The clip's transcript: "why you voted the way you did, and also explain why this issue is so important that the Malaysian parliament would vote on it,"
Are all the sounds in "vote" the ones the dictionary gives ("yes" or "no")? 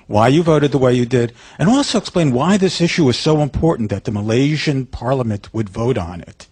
yes